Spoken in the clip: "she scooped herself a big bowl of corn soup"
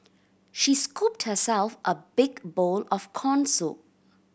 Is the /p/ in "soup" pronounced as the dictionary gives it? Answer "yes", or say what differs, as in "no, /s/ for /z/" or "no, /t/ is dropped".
no, /p/ is dropped